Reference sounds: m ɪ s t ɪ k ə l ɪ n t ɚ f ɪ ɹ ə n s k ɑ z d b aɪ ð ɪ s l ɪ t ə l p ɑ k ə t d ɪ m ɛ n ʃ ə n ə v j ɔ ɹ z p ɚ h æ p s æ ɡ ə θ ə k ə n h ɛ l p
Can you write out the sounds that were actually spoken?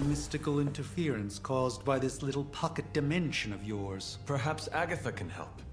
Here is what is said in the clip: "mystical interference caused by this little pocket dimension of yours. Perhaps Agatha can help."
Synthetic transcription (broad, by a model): m ɪ s t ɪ k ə l ɪ n t ɚ f ɪ ɹ ə n s k ɑ z b aɪ ð ɪ s l ɪ t l p ɑ k ə t d ɪ m ɛ n ʃ ə n ə v j ɔ ɹ z p ɚ h æ p s æ ɡ ə θ ə k ə n h ɛ l p